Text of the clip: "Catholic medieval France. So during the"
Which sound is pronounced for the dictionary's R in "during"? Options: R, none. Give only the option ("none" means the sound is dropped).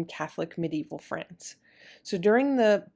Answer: R